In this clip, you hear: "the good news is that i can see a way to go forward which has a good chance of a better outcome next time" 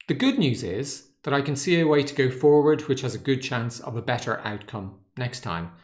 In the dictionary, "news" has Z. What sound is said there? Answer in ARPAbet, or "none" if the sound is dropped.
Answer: Z